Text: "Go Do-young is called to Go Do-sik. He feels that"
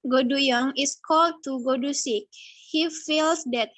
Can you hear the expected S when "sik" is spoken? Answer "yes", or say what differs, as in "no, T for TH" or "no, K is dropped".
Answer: yes